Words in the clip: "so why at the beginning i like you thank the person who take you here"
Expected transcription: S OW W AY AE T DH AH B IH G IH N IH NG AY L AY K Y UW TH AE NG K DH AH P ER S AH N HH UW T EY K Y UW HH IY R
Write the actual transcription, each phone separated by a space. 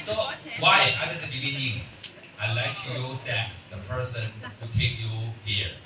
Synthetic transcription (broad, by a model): S OW W AY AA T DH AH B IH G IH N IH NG AY L AY K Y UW S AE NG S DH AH P ER S AH N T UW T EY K Y UW HH IY R